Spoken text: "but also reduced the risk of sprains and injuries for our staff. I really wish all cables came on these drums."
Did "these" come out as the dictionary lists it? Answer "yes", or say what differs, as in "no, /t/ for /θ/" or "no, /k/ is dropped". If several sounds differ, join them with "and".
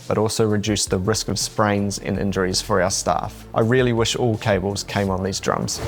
yes